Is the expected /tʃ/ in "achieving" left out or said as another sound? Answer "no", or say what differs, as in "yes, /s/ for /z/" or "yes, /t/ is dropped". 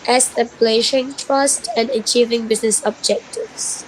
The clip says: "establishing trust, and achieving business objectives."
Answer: no